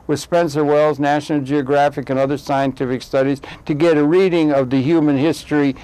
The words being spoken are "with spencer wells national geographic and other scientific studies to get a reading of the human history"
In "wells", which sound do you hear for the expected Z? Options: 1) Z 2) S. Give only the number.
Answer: 1